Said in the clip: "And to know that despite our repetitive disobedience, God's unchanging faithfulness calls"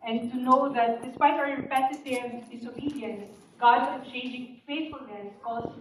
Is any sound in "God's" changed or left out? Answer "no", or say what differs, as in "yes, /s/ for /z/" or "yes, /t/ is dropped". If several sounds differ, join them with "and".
yes, /z/ is dropped